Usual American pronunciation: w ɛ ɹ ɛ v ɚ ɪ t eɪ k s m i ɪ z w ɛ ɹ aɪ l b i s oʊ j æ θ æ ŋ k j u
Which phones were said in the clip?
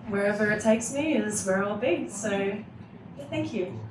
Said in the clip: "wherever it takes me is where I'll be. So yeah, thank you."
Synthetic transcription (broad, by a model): w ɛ ɹ ɛ v ɚ ɪ t eɪ k s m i ɪ z w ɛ ɹ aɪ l b i s oʊ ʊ θ æ ŋ k j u